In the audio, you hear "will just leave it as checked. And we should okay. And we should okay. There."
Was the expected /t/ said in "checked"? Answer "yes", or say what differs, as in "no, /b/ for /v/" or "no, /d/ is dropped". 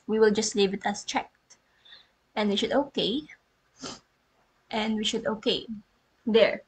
yes